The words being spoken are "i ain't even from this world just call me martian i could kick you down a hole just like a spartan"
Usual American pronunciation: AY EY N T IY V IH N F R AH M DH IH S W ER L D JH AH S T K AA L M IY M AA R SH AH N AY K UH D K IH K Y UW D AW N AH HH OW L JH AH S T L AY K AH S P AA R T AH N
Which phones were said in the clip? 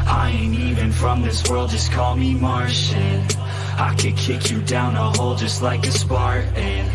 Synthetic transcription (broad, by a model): AY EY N IY V IH N F R AH M DH IH S W ER L D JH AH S K AA L M IY M AA R SH AH N AY K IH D K IH K Y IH D AW N AH HH OW L JH AH S T L AY K AH S P AA R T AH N